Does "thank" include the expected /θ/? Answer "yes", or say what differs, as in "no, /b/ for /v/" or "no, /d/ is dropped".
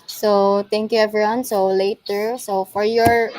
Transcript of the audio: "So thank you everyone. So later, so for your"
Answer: no, /t/ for /θ/